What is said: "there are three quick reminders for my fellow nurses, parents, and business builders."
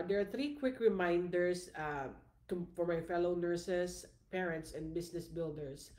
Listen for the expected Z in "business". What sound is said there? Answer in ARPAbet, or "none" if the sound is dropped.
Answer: S